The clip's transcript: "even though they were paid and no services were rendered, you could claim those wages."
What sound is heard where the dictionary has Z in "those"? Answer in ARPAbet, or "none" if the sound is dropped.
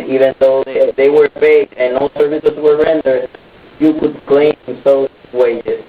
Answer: none